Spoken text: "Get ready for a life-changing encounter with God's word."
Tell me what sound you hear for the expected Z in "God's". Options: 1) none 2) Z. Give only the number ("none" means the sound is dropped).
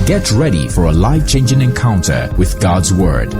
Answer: 2